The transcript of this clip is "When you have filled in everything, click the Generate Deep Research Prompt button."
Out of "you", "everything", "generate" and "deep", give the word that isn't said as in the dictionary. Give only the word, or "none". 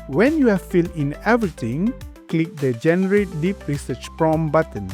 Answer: everything